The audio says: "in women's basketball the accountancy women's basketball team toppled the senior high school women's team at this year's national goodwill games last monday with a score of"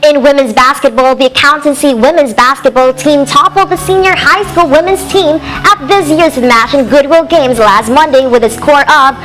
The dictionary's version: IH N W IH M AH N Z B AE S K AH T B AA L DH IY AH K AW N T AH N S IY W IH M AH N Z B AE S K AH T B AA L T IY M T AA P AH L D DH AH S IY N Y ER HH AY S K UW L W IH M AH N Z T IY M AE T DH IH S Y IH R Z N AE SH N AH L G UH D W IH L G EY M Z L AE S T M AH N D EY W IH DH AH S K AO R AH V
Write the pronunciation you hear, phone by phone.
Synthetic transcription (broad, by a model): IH N W IH M AH N Z B AE S K AH T B AA L DH IY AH K AW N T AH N S IY W IH M AH N Z B AE S K AH T B AA L T IY M T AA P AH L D DH AH S IY N Y ER HH AY S K UW L W IH M AH N Z T IY M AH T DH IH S Y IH R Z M AE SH AH N G UH D W IH L G EY M Z L AE S T M AH N D EY W IH DH AH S K AO R AH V